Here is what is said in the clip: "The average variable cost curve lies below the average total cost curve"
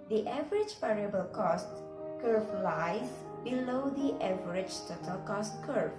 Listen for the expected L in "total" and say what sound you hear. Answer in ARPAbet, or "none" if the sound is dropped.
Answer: L